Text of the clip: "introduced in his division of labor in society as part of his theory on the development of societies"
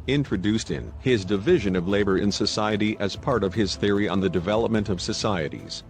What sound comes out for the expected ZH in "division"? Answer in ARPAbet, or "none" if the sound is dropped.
ZH